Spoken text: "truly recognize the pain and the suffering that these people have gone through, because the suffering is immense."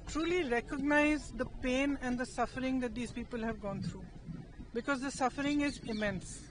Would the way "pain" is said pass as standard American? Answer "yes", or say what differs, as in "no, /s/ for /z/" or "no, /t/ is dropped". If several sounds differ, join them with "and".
yes